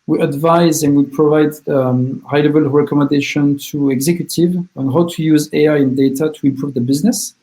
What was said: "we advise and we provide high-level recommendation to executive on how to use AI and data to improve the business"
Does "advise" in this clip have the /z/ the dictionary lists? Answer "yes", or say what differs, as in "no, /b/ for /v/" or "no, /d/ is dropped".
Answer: yes